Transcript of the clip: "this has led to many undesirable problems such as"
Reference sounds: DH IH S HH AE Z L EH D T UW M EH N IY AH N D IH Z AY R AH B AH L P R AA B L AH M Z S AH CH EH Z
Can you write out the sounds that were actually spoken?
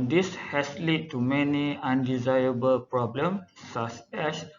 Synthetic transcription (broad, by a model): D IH S HH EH S L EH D T UW M EH N IY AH N D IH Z AY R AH B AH L P R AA B L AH M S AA S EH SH